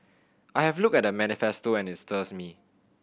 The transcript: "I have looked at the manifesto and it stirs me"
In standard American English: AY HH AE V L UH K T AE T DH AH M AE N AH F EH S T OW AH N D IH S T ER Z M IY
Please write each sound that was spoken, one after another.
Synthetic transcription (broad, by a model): AY HH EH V L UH K EH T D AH M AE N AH F EH S T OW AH N IH S T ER S M IY